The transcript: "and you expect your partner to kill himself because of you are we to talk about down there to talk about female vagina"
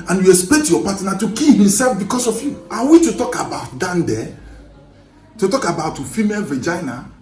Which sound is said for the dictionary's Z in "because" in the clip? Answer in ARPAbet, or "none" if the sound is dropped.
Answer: S